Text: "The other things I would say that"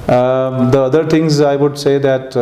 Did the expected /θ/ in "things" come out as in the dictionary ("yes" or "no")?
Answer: no